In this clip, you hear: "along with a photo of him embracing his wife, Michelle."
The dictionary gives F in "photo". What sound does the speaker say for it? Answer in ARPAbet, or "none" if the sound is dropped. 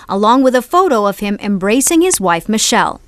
F